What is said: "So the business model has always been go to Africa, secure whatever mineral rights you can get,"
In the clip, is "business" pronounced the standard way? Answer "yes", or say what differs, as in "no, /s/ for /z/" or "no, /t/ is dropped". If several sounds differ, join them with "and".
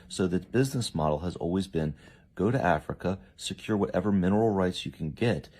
yes